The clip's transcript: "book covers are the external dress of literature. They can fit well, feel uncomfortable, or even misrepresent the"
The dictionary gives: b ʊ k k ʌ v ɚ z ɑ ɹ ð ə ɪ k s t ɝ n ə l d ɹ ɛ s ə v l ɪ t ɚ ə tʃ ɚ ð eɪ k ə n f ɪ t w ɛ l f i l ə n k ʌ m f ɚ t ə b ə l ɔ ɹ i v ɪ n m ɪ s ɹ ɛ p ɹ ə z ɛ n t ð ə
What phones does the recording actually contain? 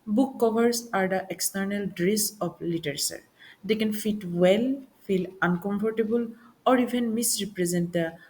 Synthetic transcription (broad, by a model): b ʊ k k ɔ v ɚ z ɑ ɹ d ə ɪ k s t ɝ n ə l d ɹ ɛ s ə p l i t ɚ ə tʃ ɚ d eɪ k ə n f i t w ɛ l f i l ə n k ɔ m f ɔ t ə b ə l ɔ ɹ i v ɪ n m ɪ s ɹ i p ɹ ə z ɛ n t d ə